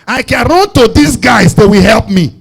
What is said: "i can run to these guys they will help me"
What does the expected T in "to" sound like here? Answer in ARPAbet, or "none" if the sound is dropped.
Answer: T